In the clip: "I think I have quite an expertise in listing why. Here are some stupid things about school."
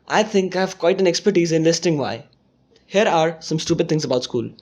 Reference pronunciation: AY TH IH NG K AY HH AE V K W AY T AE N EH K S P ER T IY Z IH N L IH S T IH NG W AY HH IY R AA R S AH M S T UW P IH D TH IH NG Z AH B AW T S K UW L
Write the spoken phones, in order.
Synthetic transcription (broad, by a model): AY T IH NG K AY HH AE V K W AY T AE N EH K S P ER T IY Z IH N L IH S T IH NG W AY HH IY R AA R S AH M S T UW P IH D T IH NG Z AH B AW T S K UW L